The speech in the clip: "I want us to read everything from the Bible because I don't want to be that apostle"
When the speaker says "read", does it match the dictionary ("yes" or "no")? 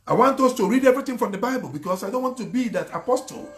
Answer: yes